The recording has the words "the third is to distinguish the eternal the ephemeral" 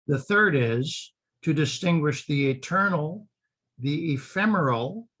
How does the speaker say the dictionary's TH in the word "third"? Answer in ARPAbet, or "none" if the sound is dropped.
TH